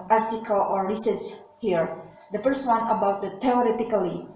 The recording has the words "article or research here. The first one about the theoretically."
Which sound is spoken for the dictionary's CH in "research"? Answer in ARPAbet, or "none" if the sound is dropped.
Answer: S